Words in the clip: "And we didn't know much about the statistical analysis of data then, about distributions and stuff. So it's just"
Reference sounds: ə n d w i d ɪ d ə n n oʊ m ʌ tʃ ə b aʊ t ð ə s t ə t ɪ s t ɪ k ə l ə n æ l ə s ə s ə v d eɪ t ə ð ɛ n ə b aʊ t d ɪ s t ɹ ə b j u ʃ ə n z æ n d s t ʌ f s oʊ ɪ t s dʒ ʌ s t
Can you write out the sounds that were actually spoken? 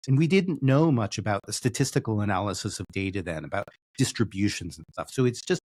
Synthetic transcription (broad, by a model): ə n w i d ɪ d n n oʊ m ʌ tʃ ə b aʊ t ð ə s t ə t ɪ s t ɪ k l ə n æ l ə s ə s ə v d eɪ t ə ð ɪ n ə b aʊ t d ɪ s t ɹ ə b j u ʃ ə n z n s t ʌ f s oʊ ɪ t s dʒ ʌ s t